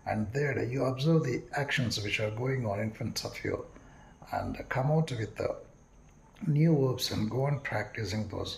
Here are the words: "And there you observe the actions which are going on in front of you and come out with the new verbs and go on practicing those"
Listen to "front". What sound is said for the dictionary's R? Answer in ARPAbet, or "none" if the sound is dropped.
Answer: none